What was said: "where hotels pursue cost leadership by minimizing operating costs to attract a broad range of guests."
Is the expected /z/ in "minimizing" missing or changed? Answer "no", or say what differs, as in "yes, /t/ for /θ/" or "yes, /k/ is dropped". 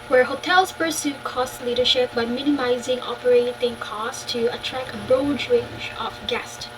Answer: no